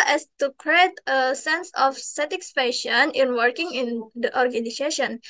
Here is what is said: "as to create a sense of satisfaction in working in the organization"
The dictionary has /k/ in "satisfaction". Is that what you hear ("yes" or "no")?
no